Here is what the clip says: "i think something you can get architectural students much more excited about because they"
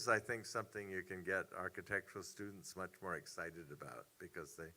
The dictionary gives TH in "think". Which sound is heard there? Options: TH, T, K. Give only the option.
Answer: TH